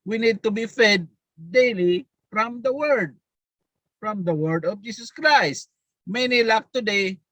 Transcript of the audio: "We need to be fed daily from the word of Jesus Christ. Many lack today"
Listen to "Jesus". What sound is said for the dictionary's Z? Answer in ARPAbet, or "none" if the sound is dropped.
S